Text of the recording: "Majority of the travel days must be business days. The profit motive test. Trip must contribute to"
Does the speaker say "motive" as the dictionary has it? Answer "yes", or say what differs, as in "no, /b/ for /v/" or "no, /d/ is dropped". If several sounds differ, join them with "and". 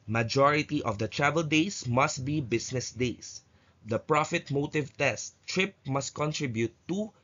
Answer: yes